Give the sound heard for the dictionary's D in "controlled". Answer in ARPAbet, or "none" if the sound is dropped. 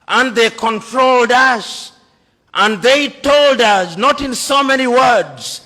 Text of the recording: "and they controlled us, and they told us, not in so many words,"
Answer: D